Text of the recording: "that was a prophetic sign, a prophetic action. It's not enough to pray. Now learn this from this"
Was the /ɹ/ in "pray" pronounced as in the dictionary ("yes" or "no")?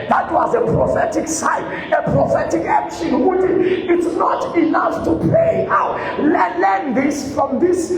no